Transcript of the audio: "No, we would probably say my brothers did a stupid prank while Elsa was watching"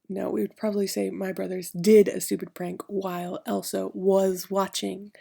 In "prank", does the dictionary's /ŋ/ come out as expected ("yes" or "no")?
yes